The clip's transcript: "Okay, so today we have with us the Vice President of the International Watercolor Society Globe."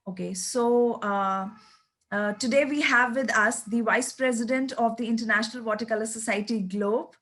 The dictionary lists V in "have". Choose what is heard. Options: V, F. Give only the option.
V